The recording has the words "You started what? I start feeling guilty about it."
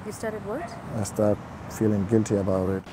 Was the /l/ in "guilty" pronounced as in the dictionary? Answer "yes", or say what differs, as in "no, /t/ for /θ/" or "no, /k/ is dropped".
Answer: yes